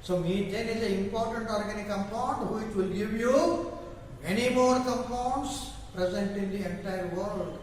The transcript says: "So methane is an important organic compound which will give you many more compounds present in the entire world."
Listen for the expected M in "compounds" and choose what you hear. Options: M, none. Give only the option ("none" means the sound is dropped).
none